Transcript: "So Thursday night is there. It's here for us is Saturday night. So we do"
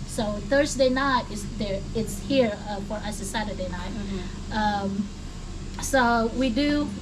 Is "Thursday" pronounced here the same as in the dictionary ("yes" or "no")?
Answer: yes